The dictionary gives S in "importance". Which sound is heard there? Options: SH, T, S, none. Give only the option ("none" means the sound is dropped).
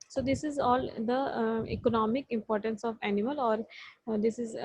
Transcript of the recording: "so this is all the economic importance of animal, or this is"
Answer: S